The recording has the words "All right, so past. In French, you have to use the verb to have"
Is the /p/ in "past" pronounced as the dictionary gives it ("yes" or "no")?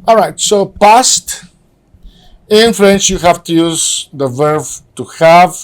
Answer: yes